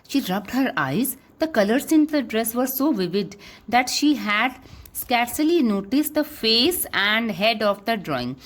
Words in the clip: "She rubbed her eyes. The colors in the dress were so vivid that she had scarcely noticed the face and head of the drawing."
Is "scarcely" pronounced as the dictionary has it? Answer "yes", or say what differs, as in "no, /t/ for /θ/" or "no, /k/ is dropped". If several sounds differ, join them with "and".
yes